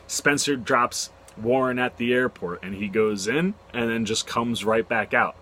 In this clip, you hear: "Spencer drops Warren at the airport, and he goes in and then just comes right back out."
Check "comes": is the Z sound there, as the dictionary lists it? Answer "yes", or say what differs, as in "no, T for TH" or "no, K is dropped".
yes